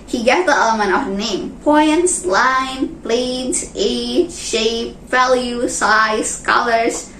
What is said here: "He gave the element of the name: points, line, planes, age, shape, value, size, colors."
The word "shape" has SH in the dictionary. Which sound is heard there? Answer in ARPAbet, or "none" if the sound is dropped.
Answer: SH